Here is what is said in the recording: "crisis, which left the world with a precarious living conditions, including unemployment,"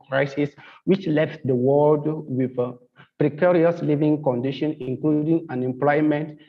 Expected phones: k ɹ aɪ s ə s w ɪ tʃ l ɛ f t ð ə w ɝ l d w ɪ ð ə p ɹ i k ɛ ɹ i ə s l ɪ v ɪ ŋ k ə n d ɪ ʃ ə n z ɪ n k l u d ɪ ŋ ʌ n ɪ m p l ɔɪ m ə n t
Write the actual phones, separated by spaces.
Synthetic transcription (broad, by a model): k ɹ aɪ s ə s w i tʃ l ɛ f t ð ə w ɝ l d w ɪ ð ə p ɹ i k ɛ ɹ i ə s l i v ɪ ŋ k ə n d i ʃ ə n ɪ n k l u d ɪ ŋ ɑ n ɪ m p l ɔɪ m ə n t